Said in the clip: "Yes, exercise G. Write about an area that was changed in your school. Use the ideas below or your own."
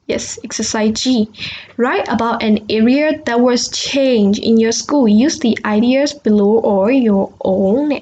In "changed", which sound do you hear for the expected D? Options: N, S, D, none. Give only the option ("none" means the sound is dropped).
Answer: none